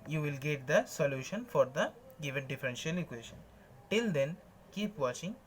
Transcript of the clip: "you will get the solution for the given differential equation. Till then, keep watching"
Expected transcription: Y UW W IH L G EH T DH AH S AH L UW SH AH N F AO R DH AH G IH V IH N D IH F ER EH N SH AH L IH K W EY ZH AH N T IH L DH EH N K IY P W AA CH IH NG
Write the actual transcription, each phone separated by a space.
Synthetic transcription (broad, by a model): Y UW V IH L G EH T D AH S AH L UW SH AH N F AO R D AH G IH V IH N D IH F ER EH N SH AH L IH K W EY SH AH N T IH L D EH N K IY P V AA CH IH NG